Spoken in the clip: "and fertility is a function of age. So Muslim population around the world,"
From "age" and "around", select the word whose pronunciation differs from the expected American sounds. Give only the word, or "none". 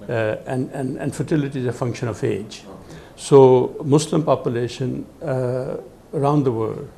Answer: none